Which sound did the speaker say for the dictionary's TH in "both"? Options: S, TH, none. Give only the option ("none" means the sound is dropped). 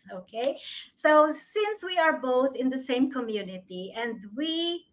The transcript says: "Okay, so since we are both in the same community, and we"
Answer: TH